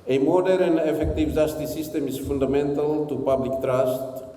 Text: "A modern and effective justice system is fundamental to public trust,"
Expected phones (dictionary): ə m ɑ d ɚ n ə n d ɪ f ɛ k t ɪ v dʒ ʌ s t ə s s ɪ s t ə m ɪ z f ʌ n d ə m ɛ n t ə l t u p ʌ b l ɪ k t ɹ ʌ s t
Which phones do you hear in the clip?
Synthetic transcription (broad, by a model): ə m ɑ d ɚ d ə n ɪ f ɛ k t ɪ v z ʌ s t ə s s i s t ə m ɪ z f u n d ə m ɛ n t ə l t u p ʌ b l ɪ k t ɹ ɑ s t